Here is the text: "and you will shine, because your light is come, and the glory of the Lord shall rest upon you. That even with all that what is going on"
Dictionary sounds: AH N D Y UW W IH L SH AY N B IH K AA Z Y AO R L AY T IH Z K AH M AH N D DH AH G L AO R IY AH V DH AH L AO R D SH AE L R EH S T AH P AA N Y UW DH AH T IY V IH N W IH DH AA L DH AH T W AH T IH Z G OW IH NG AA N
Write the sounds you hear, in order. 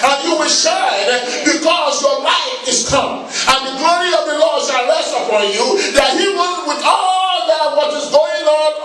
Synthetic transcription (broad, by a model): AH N Y UW W IH L SH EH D B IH K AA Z Y AO R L AY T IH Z K AH M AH N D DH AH G L AO R IY AH V DH AH L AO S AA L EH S AH F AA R Y UW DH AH T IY W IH W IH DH AA L DH AH T W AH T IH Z G OW IH NG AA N